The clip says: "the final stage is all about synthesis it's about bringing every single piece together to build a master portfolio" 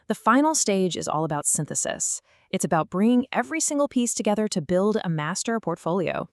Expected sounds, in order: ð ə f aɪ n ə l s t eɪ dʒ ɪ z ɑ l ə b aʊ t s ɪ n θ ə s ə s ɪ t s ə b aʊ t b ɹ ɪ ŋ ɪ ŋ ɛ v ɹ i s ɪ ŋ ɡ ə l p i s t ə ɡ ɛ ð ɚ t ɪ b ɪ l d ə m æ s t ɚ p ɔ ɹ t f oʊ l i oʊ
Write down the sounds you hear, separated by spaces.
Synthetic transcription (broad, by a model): ð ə f aɪ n l s t eɪ dʒ ɪ z ɑ l ə b aʊ t s ɪ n θ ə s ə s ɪ t s ə b aʊ t b ɹ ɪ ŋ ɪ ŋ ɛ v ɹ i s ɪ ŋ ɡ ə l p i s t ə ɡ ɛ ð ɚ t ɪ b ɪ l d ə m æ s t ɚ p ɔ ɹ t f oʊ l i oʊ